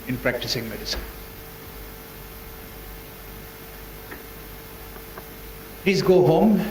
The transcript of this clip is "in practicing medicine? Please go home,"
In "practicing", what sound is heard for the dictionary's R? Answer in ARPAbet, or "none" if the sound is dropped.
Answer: R